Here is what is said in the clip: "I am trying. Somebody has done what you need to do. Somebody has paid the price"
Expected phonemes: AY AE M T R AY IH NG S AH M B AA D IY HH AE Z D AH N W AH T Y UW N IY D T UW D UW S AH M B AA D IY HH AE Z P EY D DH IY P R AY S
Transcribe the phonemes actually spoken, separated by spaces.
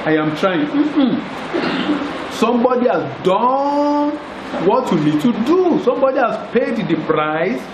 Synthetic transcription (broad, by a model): AY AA M T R AY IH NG S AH M B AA D IY HH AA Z D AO N W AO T Y UW N IY D T UW D UW S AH M B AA D IY HH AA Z P EY D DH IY P R AY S